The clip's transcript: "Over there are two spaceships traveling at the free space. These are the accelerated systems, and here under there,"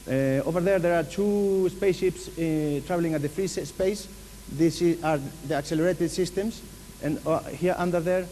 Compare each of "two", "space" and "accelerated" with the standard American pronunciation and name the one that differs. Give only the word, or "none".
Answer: none